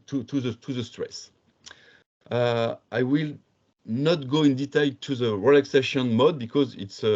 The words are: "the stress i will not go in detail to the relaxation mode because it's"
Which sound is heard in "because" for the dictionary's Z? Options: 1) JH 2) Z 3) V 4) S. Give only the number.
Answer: 2